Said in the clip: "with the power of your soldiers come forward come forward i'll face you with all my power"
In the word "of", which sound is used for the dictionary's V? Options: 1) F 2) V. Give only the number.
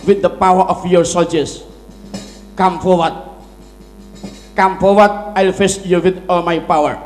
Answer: 1